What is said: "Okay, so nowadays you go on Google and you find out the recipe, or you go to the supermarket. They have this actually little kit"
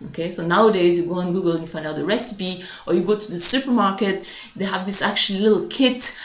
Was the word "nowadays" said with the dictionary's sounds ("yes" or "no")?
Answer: yes